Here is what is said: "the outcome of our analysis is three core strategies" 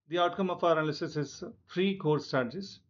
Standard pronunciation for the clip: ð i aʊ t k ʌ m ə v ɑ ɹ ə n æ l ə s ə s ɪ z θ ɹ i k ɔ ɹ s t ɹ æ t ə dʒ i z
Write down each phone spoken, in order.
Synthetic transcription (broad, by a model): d i aʊ t k ʌ m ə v ɑ ɹ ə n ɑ l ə s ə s ɪ z f ɹ i k ɔ ɹ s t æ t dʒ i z